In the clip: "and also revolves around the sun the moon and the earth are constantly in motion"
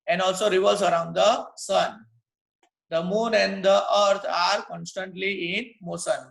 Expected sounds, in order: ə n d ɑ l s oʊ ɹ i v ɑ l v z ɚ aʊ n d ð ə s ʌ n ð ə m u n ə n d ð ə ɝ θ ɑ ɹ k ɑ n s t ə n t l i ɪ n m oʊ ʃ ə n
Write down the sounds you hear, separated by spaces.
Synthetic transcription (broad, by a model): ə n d ɑ l s oʊ ɹ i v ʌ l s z ɚ aʊ n d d ə s ʌ n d ə m u n ə n d ə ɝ t ɑ ɹ k ɑ n s t ə n t l i ɪ n m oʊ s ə n